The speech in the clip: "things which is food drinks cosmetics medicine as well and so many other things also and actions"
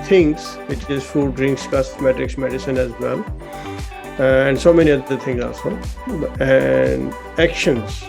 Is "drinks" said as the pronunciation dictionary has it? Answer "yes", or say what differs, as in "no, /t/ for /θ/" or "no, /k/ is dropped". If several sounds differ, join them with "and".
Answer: yes